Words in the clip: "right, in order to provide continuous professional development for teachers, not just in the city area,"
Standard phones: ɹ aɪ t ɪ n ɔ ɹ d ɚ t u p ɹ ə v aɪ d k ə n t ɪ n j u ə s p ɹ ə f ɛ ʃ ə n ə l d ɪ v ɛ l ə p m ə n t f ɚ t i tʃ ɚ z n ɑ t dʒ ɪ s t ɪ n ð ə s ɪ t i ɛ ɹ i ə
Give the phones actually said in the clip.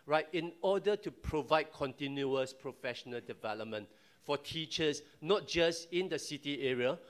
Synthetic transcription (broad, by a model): ɹ aɪ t ɪ n ɔ d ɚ t u p ɹ ə v aɪ d k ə n t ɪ n j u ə s p ɹ ə f ɛ ʃ ə n ə l d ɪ v ɛ l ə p m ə n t f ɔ t i tʃ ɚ s n ɑ t dʒ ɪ s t ɪ n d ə s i t i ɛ ɹ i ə